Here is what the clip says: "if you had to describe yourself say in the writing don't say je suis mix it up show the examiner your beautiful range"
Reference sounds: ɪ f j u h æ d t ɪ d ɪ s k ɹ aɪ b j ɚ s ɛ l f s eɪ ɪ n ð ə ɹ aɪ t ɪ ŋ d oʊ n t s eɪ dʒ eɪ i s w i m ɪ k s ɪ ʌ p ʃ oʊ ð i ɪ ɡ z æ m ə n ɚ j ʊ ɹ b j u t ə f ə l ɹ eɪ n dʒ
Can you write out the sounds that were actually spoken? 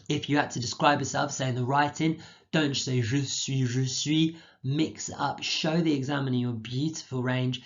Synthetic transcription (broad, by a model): ɪ f j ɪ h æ t ɪ d ɪ s k ɹ aɪ b j ɚ s ɛ l f s eɪ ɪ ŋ ð ə ɹ aɪ t ɪ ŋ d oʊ n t s eɪ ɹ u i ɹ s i m ɪ k s ʌ p ʃ oʊ ð i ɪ ɡ z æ m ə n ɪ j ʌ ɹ b j u t ə f ə l ɹ eɪ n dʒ